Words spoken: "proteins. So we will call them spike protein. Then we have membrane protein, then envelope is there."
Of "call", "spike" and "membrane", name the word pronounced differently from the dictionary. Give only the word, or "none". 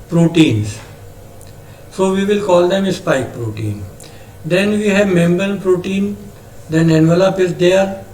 membrane